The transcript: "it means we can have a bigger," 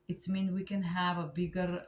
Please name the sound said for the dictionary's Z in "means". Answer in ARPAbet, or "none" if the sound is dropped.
none